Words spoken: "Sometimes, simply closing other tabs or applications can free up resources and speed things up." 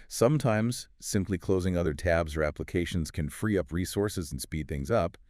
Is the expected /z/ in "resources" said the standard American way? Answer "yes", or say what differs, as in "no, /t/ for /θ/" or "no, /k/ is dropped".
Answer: yes